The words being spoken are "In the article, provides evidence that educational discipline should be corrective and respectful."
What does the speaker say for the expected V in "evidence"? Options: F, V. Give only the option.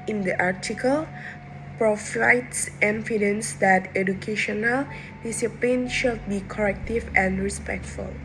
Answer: F